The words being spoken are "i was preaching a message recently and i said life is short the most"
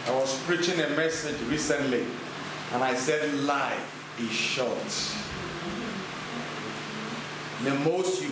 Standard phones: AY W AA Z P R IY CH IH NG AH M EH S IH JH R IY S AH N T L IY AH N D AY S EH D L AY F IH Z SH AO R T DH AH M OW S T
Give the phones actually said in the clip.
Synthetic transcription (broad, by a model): AY W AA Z P R IY CH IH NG AH M EH S IH JH R IY S AH N T L IY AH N AY S EH D L AY IH SH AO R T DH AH M OW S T